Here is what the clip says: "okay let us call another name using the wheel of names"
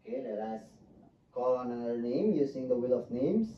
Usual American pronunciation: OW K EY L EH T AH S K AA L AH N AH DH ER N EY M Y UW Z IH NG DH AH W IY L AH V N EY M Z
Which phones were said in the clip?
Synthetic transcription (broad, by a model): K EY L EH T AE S K AA L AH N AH ER N EY M Y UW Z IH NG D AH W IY L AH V N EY M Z